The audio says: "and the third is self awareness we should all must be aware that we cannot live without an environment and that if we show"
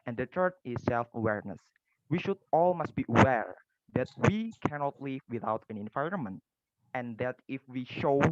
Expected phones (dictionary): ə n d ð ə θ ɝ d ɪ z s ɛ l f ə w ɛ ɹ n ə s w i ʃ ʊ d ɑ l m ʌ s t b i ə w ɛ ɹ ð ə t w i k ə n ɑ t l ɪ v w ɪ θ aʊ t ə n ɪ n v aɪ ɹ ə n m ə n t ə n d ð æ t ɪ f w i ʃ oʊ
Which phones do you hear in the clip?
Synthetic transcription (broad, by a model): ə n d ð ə t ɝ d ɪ s ɛ l f ə w ɛ ɹ n ə s w i ʃ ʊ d ɑ l m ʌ s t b i ə w ɛ ɹ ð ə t w i k ə n ɑ t l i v w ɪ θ aʊ t ə n ɪ n v aɪ ɹ ə n m ə n t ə n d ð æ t ɪ f w i ʃ oʊ